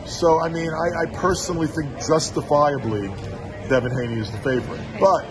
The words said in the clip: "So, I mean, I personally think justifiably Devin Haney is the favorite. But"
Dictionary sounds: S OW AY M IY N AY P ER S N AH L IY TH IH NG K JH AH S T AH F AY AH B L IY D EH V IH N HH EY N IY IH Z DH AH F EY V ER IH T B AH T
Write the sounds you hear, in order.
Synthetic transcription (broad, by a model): S OW AY M IY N AY P ER S N L IY TH IH NG K JH AH S T AH F AY AH B L IY D EH V IH N HH EY N IY IH Z DH AH F EY V ER IH T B AH T